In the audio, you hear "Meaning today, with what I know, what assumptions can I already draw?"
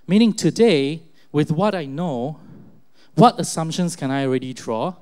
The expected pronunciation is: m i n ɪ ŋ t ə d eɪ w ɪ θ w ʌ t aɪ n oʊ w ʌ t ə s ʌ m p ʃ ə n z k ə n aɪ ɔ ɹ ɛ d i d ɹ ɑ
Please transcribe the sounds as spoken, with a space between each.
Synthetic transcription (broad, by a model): m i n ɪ ŋ t ə d eɪ w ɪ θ w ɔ t aɪ n oʊ w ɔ t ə s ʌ m p ʃ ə n s k ə n aɪ ɔ ɹ ɛ d i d ɹ ɑ